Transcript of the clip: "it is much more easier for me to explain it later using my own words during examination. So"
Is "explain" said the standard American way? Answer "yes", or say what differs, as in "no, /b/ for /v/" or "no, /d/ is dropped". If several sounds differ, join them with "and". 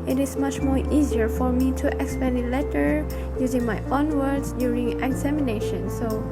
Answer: no, /l/ is dropped